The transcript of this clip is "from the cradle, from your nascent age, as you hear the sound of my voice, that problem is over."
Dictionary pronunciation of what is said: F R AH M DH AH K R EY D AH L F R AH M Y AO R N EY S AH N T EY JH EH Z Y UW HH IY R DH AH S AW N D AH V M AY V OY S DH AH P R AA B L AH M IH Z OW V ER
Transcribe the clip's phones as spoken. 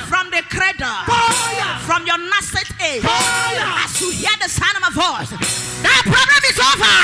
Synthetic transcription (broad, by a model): F R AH M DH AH K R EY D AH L F R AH M Y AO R N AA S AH T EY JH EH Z Y UW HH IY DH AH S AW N AH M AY V OY S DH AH P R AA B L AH M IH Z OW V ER